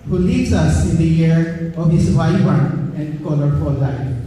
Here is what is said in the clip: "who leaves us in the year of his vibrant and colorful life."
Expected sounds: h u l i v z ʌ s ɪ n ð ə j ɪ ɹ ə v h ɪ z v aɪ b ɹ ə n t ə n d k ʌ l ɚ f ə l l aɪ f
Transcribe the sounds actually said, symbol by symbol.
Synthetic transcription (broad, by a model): h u l i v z ʌ s ɪ n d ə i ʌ ɹ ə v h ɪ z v aɪ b ə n ə n d k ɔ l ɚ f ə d l aɪ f